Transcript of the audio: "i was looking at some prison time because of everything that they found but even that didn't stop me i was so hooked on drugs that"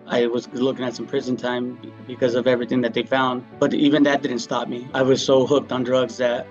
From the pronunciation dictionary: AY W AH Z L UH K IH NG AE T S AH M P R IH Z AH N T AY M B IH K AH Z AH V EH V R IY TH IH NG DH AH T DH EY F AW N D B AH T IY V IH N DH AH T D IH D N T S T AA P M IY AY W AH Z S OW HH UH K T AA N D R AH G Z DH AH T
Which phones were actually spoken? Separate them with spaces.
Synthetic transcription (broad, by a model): AY W AH Z L UH K IH NG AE T S AH M P R IH Z AH N T AY M B IH K AH Z AH V EH V R IY TH IH NG DH AH T DH EY F AW N D B AH T IY V IH N DH AH T D IH D N T S T AA P M IY AY W AH Z S OW HH UH K T N D R AH G Z DH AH T